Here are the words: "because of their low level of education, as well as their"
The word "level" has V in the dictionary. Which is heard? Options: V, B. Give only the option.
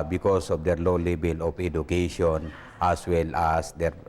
B